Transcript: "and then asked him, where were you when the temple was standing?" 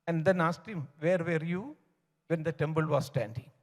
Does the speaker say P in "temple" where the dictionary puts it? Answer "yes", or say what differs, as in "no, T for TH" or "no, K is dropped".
no, B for P